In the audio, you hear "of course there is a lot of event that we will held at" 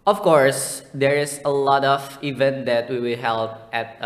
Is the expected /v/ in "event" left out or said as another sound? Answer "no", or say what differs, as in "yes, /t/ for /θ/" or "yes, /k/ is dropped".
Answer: no